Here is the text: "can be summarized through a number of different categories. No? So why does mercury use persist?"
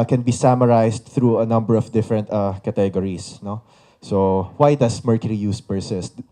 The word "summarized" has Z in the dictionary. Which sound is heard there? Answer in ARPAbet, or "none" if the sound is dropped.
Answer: S